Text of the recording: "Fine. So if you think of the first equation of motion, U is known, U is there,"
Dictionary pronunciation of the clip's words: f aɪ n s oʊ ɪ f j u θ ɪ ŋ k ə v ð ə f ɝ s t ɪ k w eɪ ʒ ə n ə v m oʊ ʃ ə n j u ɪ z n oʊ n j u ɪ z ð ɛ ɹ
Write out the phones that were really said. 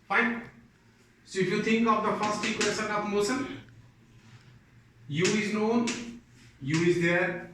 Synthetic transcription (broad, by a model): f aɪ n s oʊ ɪ f j u t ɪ ŋ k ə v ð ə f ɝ s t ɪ k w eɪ s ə n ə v m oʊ s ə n j u ɪ z n oʊ n j u ɪ z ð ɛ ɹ